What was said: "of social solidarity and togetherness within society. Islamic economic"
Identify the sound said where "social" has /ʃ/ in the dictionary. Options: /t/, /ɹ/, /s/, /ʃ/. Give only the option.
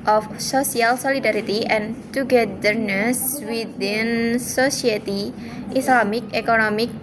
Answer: /s/